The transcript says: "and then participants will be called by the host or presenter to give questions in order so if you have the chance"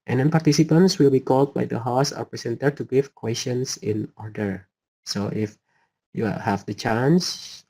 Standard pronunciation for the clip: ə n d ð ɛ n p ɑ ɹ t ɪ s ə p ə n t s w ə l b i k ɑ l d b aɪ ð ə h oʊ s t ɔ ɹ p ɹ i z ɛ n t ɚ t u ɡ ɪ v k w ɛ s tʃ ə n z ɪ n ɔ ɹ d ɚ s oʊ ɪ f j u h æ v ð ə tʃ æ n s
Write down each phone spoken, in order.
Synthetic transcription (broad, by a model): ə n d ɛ n p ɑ ɹ t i s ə p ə n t s w ə l b i k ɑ l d b aɪ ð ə h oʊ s ɔ ɹ p ɹ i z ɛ n t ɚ t u ɡ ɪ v k w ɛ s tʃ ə n s ɪ n ɔ ɹ d ɚ s oʊ ɪ f j u h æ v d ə tʃ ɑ n s